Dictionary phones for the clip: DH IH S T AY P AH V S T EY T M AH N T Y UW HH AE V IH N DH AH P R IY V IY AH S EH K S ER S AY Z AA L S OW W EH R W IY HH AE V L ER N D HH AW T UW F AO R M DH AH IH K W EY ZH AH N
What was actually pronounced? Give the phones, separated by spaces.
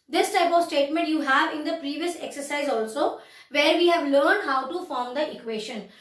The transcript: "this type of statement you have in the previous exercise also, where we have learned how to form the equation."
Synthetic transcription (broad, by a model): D IH S T AY P AH V S T EY T M AH N T Y UW HH AE V IH N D AH P R IY V IY AH S EH K S ER S AY Z AA L S OW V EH R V IY HH AE V L ER N D HH AW T UW F AO R M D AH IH K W EY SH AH N